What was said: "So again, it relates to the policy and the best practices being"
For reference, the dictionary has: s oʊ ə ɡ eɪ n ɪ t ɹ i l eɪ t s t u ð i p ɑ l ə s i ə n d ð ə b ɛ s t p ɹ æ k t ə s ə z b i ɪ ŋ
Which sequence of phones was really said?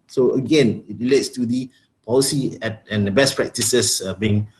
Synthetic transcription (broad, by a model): s oʊ ə ɡ eɪ n ɪ t ɹ i l eɪ t s t u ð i p ɑ l ə s i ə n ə b ɛ s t p ɹ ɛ k t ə s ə s b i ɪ ŋ